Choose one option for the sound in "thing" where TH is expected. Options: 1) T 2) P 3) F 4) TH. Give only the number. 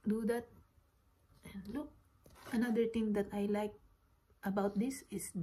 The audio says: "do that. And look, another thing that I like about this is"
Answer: 1